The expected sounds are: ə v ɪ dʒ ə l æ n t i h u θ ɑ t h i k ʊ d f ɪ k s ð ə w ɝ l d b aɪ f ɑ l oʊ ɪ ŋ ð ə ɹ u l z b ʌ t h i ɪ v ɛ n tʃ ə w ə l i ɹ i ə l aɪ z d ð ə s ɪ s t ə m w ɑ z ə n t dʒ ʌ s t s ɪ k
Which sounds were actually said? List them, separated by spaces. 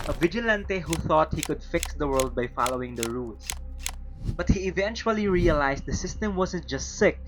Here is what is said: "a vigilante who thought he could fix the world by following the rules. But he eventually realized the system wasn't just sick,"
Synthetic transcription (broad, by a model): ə v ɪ dʒ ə l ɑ n t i h u θ ɑ t h i k ʊ d f ɪ k s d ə w ɝ l d b aɪ f ɑ l oʊ ɪ ŋ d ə ɹ u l s b ʌ t h i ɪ v ɛ n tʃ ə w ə l i ɹ i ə l aɪ s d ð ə s ɪ s t ə m w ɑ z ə n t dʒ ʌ s t s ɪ k